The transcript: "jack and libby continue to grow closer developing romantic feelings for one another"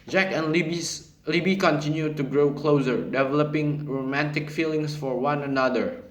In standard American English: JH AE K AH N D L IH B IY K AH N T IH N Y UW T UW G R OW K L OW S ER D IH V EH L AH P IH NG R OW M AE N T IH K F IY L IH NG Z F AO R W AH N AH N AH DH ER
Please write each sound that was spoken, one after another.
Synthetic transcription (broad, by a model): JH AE K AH N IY L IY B IY K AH N T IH N Y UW T UW G R OW K L OW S ER D IH V EH L AH P IH NG R OW M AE N T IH K F IY L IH NG S F AO R W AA N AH N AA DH ER